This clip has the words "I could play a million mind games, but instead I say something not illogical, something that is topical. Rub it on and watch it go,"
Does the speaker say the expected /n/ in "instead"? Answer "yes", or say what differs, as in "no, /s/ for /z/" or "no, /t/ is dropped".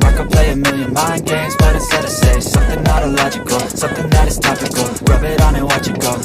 no, /n/ is dropped